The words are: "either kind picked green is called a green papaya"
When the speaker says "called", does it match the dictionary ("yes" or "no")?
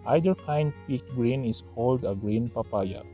yes